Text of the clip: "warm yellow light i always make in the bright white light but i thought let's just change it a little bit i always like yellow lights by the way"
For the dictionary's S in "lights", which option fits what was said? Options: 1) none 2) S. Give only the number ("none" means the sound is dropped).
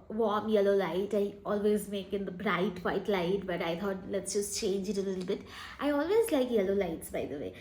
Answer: 2